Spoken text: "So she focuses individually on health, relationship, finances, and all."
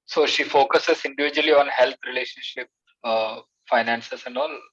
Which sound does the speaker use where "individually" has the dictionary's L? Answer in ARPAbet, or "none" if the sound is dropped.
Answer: L